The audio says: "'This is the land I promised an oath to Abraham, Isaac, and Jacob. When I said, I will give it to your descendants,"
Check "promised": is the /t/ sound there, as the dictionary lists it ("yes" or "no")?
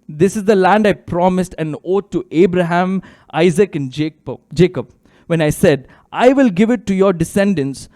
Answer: yes